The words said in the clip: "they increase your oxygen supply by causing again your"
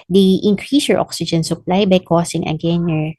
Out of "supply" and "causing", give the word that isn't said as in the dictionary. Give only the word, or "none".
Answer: causing